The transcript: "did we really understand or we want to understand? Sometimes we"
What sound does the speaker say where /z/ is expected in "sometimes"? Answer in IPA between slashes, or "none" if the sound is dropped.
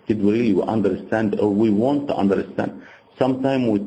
none